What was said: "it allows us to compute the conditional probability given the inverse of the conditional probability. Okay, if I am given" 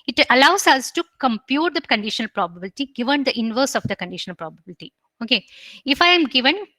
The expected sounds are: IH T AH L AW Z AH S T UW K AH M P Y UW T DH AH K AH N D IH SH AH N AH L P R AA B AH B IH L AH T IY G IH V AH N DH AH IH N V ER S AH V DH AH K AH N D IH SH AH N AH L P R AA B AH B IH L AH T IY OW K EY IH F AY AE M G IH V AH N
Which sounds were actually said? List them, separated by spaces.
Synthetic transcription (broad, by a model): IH T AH L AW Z AH S T UW K AH M P Y UW T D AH K AH N D IH SH AH N AH L P R AA B AH B IH L AH T IY G IH V AH N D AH IH N V ER S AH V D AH K AH N D IH SH AH N AH L P R AA B AH B IH L AH T IY OW K EY IH F AY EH M G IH V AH N